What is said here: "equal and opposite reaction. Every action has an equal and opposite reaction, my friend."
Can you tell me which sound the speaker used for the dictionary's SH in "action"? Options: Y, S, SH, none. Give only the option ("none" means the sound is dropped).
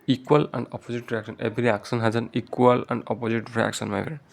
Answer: S